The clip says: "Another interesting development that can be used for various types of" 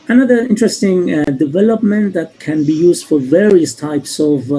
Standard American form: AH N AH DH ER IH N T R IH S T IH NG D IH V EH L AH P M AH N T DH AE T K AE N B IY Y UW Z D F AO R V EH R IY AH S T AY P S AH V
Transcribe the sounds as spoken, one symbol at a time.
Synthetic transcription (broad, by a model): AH N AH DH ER IH N T R IH S T IH NG D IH V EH L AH P M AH N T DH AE T K AE N B IY Y UW Z D F AO R V EH R IY AH S T AY P S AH V